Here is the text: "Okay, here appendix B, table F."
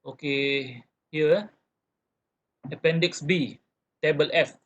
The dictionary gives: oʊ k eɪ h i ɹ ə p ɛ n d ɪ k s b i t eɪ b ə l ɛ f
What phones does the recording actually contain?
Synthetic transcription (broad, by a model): oʊ k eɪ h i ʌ ə p ɛ n d ɪ k s b i t eɪ b ə l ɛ f